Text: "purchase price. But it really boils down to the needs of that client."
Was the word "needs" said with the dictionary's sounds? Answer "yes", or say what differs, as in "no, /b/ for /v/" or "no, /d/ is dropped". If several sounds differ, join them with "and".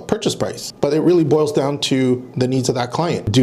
yes